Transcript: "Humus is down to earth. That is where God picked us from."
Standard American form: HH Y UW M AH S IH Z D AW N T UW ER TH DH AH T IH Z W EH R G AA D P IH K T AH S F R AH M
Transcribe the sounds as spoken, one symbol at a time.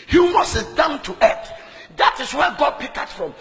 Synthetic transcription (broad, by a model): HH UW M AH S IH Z D AW N T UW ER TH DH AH T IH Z W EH G AA D P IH K AH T F R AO M